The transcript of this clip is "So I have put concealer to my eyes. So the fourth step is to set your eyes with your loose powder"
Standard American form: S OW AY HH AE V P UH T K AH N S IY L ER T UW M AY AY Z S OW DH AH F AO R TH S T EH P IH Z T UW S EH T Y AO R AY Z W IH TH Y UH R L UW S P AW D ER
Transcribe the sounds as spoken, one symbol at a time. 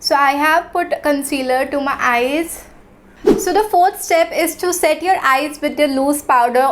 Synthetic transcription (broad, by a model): S OW AY HH AE V P UH T K AH N S IY L ER T UW M AY AY Z S OW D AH F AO R T S T EH P IH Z T UW S EH T Y AO R AY Z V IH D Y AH L UW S P AW D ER